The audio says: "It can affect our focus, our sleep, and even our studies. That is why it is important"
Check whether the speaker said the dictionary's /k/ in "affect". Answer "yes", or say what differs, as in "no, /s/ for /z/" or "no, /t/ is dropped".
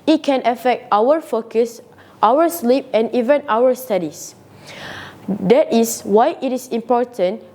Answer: yes